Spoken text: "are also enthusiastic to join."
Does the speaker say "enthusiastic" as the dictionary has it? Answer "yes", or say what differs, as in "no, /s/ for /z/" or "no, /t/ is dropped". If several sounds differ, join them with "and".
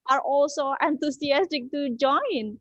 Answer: no, /t/ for /θ/ and /s/ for /z/